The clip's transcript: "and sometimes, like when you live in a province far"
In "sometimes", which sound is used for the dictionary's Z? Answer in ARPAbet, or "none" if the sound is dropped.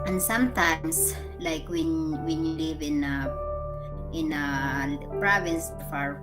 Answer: S